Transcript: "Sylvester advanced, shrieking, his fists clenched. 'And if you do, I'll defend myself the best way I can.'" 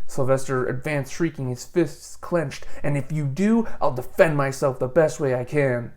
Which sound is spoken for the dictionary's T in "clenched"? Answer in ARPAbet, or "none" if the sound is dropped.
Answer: T